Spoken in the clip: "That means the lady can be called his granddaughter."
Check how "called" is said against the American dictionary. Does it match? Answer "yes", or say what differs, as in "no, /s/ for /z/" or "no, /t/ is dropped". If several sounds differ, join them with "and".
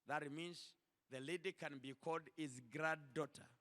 yes